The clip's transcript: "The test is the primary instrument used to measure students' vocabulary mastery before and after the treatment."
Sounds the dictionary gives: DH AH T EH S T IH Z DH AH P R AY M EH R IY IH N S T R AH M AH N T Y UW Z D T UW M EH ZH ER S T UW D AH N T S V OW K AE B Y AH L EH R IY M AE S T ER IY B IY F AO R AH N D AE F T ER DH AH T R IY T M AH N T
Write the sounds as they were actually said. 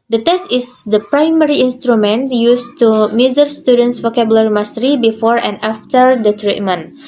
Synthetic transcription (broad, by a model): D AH T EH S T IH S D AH P R AY M EH R IY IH N S T R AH M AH N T Y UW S T UW M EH Z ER S T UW D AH N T S F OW K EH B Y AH L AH R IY M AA S T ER IY B IY F AO R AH N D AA F T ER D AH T R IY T M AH N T